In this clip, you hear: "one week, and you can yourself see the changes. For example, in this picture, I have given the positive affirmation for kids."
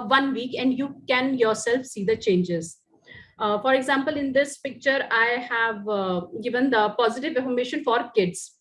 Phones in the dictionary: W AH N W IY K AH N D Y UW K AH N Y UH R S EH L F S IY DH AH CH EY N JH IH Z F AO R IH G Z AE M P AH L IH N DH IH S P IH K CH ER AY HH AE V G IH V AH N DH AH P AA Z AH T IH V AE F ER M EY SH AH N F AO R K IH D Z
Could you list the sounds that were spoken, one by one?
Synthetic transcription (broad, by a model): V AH N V IY K AH N D Y UW K AH N Y UH R S EH L F S IY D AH CH EY N JH IH Z F AO R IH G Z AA M P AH L IH N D IH S P IH K CH ER AY HH AE V G IH V AH N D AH P AA Z AH T IH V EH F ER M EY SH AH N F AO R K IH D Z